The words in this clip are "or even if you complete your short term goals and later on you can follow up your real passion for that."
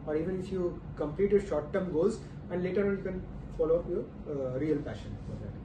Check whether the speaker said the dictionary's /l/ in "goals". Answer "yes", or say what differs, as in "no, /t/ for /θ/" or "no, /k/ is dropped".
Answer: no, /l/ is dropped